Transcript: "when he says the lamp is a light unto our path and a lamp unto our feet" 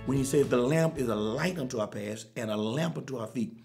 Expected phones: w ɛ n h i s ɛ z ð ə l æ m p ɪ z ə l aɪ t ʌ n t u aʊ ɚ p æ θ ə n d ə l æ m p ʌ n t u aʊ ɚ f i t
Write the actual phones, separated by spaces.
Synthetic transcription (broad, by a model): w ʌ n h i s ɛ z ð ə l æ m p ɪ z ə l aɪ t ʌ n t u aʊ ɚ p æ s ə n ə l æ m p ʌ n t u aʊ ɚ f i t